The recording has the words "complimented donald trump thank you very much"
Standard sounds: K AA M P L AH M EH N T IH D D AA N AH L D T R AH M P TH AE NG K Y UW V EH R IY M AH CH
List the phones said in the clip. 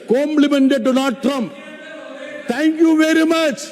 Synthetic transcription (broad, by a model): K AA M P L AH M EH N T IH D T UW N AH D T R AH M P T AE NG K Y UW V EH R IY M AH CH